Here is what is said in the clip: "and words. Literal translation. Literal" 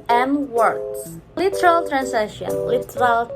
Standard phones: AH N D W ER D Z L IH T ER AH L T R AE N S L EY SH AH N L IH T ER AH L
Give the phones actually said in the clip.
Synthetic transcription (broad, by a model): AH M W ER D L IH T ER AH L T R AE N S EY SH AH N L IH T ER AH L